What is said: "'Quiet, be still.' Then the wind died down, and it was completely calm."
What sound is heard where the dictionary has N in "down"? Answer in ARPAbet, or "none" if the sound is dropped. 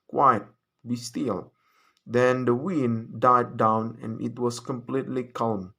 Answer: N